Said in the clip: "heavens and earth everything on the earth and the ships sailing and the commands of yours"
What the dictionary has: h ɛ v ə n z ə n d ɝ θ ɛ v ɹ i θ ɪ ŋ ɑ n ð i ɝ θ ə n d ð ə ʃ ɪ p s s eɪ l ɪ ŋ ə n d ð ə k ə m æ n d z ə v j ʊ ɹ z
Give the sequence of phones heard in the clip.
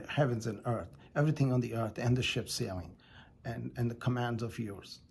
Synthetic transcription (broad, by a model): h ɛ v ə n z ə n ɝ θ ɛ v ɹ i θ ɪ ŋ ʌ n ð i ɝ θ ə n ð ə ʃ ɪ p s s eɪ l ɪ ŋ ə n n ð ə k ə m æ n d z ə v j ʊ ɹ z